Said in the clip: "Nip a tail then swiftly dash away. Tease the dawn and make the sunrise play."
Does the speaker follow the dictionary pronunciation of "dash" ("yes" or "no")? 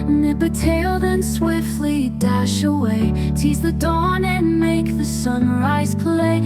yes